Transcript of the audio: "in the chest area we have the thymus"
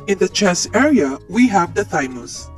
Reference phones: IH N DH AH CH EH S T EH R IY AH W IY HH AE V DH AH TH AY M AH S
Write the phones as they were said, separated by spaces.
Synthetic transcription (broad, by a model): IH N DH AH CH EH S EH R IY AH W IY HH AE V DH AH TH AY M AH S